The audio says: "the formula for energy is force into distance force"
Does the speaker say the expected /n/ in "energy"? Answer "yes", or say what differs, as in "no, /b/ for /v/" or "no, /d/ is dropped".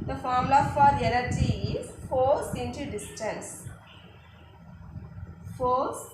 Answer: no, /l/ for /n/